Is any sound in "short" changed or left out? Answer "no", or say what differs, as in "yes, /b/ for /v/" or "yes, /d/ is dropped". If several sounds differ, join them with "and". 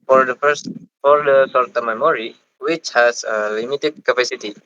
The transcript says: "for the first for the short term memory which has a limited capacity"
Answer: yes, /s/ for /ʃ/